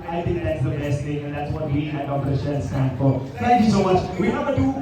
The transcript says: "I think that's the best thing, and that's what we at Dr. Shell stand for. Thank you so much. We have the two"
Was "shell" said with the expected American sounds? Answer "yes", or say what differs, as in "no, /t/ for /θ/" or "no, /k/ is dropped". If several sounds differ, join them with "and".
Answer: no, /n/ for /l/